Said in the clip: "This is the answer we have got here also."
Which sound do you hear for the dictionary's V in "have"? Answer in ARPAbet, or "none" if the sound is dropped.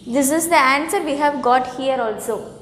V